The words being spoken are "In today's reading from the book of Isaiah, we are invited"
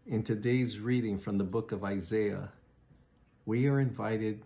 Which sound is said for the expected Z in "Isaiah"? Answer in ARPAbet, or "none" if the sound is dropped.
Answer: Z